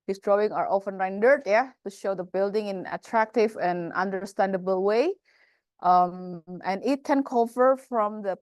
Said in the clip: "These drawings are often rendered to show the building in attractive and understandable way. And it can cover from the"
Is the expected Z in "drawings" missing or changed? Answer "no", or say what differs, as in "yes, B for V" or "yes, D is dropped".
yes, Z is dropped